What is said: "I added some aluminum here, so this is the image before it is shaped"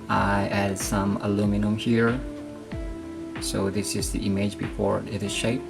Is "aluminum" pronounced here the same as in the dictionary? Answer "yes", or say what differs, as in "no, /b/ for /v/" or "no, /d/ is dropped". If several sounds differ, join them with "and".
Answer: yes